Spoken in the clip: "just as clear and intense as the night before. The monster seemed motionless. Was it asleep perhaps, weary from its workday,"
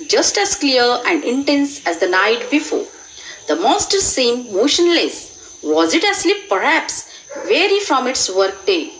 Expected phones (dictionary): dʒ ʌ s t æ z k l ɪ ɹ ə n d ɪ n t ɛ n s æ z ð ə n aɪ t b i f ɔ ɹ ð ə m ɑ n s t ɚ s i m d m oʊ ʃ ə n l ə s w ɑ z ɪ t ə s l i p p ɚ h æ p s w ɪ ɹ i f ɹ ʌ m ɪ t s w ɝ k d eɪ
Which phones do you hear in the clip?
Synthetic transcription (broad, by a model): dʒ ʌ s t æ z k l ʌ ɹ ə n d ɪ n t ɛ n s æ z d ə n aɪ t b i f ɔ ɹ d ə m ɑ s t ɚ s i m m oʊ ʃ ə n l ə s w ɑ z ɪ t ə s l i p p ɚ h æ p s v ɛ ɹ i f ɹ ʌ m ɪ t s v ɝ k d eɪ